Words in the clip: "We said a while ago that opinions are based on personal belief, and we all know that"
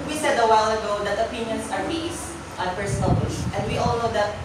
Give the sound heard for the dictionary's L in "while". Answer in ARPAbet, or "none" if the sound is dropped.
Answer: L